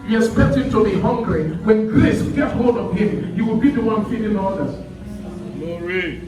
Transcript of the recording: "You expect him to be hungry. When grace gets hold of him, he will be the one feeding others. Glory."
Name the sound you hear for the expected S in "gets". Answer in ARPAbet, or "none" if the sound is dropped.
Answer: none